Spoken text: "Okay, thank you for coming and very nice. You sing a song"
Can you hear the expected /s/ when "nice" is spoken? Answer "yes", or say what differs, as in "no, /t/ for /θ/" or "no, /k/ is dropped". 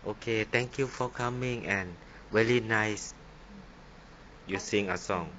yes